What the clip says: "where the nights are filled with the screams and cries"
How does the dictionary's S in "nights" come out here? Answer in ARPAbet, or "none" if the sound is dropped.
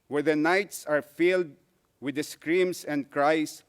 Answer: S